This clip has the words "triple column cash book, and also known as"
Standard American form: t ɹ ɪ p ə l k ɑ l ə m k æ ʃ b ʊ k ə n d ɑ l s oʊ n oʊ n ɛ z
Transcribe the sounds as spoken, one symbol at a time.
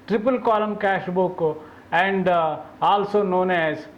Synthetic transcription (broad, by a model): t ɹ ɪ p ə l k ɑ l ə m k æ ʃ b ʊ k ə n d ɑ l s oʊ n oʊ n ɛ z